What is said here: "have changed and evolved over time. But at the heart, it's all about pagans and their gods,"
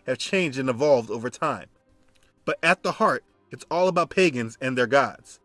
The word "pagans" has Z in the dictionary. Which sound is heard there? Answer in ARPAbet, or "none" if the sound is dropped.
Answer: Z